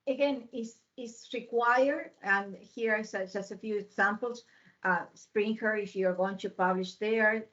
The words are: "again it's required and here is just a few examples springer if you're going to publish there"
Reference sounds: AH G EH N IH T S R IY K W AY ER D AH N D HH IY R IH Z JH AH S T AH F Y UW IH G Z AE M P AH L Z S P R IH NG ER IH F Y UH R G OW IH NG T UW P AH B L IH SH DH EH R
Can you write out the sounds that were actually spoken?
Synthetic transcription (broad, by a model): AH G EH N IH S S R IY K W AY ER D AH N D HH IY R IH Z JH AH S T AH F Y UW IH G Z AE M P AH L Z S P R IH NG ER IH F Y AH R G OW IH NG T UW P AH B L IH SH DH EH R